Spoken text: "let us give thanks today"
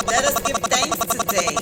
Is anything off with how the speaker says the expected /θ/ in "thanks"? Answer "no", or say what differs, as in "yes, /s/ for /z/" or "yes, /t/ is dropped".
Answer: yes, /t/ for /θ/